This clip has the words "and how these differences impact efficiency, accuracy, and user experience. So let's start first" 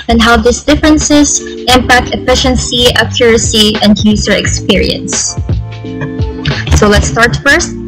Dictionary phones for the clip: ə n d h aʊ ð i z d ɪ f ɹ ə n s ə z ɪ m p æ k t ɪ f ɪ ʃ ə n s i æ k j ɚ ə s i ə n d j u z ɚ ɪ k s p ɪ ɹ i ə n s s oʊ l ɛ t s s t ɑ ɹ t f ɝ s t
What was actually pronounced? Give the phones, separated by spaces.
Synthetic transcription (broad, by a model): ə n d h aʊ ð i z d ɪ f ɹ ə n s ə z ɪ m p æ k t ɪ f ɪ ʃ ə n s i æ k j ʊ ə s i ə n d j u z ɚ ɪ k s p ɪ ɹ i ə n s s oʊ l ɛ t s s t ɑ ɹ t f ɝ s t